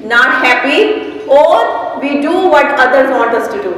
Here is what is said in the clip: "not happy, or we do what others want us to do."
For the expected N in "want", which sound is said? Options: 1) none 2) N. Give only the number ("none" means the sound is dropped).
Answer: 1